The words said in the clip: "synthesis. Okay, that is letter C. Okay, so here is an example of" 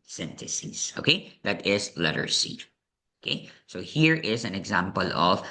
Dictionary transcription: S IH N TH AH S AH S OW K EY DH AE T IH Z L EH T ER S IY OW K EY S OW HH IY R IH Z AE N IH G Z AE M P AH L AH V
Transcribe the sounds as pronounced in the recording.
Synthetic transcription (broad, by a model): S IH N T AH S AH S OW K EY DH AE T IH Z L EH T ER S IY OW K EY S OW HH IY R IH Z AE N IH G Z AE M P AH L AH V